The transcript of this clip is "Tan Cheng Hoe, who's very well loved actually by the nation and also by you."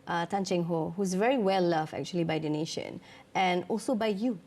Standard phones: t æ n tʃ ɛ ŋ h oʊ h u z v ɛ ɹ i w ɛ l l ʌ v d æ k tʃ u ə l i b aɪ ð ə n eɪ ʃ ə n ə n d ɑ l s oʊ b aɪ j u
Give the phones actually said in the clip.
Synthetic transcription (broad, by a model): t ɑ n tʃ ɛ ŋ h oʊ h u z v ɛ ɹ i w ɛ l l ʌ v æ k tʃ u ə l i b aɪ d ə n eɪ ʃ ə n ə n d ɑ l s oʊ b aɪ j u